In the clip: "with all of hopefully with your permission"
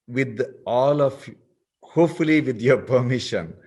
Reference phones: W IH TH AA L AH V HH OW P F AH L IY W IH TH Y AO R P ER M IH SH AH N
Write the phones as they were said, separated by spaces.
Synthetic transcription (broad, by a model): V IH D AA L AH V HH OW F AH L IY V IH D Y AO R P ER M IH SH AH N